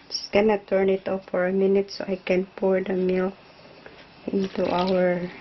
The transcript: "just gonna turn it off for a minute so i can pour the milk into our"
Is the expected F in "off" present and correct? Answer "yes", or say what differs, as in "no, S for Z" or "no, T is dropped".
no, P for F